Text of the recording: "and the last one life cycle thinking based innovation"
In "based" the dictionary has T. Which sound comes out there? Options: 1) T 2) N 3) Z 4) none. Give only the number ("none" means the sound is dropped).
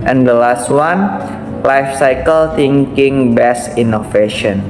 4